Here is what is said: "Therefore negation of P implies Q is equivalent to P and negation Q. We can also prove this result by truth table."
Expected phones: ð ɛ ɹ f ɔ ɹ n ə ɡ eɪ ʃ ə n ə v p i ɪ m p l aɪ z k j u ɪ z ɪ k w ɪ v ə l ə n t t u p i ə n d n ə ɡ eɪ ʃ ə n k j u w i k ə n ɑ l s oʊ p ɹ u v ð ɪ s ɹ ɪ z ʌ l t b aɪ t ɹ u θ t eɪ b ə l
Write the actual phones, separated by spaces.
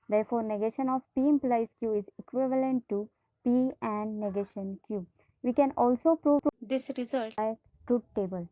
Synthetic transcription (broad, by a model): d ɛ ɹ f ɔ ɹ n ə ɡ eɪ ʃ ə n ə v p i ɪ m p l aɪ s k j u ɪ z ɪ k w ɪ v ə l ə n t t u p i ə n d n ə ɡ eɪ ʃ ə n k j u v i k ə n ɑ l s oʊ p ɹ u v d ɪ s ɹ ɪ z ʌ l t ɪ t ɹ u t t eɪ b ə l